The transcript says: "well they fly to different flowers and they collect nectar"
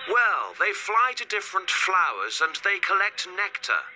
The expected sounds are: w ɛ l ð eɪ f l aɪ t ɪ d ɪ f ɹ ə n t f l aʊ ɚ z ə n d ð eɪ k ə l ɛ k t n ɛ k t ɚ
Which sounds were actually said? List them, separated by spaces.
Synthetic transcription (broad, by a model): w ɛ l ð eɪ f l aɪ t ɪ d ɪ f ɹ ə n t f l aʊ ɚ z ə n ð eɪ k ə l ɛ k t n ɛ k t ɚ